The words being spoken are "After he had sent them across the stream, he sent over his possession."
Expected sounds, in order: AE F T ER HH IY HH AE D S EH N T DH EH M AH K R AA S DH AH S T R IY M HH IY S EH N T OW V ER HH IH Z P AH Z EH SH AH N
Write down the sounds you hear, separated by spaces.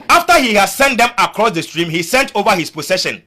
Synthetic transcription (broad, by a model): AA F T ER HH IY HH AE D S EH N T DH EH M AH K R AA S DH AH S T R IY M HH IY S EH N T OW V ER HH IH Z P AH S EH SH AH N